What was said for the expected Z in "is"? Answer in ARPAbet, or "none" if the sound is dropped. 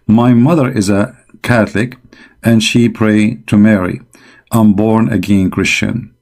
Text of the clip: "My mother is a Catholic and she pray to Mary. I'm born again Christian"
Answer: Z